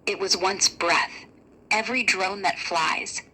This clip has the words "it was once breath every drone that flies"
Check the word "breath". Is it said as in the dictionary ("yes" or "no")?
yes